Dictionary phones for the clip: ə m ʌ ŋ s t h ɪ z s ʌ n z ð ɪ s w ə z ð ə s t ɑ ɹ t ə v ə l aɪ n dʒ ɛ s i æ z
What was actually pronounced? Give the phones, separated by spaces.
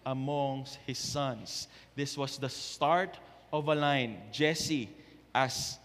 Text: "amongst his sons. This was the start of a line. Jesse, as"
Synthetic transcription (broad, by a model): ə m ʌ ŋ s t h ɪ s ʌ n s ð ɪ s w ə s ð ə s t ɑ ɹ t ə v ə l aɪ n dʒ ɛ s i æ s